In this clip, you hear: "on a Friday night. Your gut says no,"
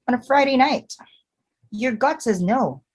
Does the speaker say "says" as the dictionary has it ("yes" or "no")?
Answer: yes